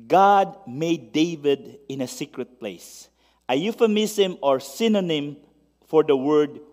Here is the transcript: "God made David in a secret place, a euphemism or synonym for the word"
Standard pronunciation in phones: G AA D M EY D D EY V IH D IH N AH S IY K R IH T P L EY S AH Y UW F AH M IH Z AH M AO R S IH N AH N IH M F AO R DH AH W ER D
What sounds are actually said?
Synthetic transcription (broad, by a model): G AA D M EY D D EY V IH D IH N AH S IY K R IH T P L EY S AH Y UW F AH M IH S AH M AO R S IH N AH N IH M F AO R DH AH W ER D